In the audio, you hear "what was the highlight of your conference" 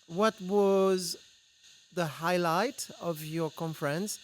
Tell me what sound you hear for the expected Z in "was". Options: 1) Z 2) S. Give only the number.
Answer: 1